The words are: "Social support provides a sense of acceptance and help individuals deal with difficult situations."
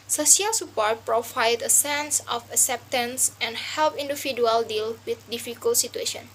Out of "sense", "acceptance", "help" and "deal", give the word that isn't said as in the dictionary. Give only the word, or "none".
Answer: none